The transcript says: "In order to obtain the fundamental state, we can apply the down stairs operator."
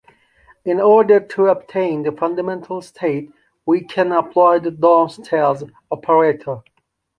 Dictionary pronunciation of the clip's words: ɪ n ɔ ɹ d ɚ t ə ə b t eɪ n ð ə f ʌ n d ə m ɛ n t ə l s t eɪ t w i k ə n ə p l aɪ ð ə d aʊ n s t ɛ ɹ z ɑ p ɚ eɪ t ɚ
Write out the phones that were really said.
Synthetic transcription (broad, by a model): ɪ n ɔ ɹ d ɚ t ə ə b t eɪ n ð ə f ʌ n d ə m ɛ n t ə l s t eɪ t w i k ə n ə p l aɪ ð ə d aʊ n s t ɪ l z ɑ p ɚ eɪ t ɚ